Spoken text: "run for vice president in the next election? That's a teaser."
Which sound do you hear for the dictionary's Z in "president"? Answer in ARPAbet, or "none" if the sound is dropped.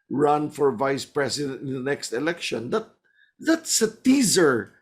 S